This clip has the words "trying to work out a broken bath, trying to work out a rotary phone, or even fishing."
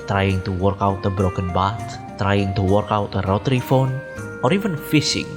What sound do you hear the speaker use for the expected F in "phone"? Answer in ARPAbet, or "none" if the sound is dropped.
F